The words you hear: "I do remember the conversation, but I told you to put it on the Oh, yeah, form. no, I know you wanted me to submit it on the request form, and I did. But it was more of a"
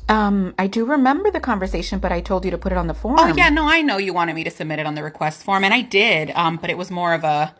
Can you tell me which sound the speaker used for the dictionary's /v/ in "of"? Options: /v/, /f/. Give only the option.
/v/